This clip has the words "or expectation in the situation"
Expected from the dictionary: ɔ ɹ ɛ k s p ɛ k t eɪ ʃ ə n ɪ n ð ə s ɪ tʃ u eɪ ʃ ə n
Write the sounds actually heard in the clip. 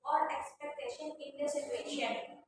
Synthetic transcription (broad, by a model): ɔ ɹ ɛ k s p ɛ k t eɪ ʃ ə n ɪ n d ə s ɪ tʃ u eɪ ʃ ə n